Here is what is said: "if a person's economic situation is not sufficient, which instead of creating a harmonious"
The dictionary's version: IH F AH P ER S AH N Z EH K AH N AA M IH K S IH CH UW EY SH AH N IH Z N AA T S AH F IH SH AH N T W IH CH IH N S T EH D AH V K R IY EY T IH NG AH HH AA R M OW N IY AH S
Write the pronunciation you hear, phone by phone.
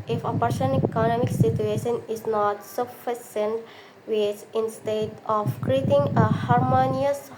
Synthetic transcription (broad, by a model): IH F AH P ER SH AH N EH K AH N AA M IH K S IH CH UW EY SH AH N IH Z N AA T S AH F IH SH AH N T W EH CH IH N S T EH D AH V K R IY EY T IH NG AH HH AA R M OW N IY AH S